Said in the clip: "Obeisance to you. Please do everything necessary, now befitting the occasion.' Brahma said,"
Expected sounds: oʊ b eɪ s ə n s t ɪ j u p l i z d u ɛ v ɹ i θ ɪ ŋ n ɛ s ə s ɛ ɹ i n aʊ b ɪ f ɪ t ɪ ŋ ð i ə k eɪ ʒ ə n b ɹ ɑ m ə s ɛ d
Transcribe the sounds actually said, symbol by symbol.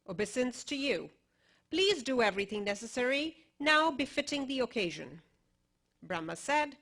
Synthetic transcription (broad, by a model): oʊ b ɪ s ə n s t ɪ j u p l i z d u ɛ v ɹ i θ ɪ ŋ n ɛ s ə s ɛ ɹ i n aʊ b ɪ f ɪ t ɪ ŋ ð i ə k eɪ ʒ ə n b ɹ ɑ m ə s ɛ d